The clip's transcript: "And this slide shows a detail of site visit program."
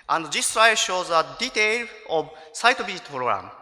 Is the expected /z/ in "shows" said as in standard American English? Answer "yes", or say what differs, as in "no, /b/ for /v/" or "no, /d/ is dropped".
yes